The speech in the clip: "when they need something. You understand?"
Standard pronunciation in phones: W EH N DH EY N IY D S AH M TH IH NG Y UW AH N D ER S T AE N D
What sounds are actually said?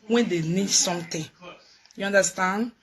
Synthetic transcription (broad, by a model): W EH N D EY N IY D S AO M T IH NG Y UW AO N D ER S T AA N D